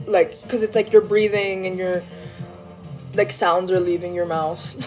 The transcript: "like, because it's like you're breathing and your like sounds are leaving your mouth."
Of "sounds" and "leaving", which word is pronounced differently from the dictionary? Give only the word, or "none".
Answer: none